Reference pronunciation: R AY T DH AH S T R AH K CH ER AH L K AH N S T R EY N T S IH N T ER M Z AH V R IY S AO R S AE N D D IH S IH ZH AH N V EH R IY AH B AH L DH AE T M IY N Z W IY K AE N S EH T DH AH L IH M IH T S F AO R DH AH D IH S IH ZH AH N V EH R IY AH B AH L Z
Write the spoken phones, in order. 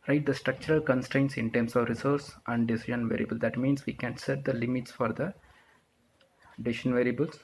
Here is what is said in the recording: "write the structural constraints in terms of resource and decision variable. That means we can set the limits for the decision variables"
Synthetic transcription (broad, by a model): R AY T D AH S T R AH K CH ER AH L K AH N S T R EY N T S IH N T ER M S AH V R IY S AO R S AE N D D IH S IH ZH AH N V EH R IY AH B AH L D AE T M IY N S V IY K AE N S EH T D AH L IH M IH T S F AO R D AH D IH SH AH N V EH R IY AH B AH L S